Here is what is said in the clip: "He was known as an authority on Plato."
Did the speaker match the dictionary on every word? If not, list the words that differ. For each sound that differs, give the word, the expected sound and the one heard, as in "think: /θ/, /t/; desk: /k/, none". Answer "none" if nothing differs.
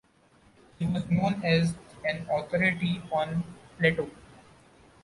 authority: /θ/, /t/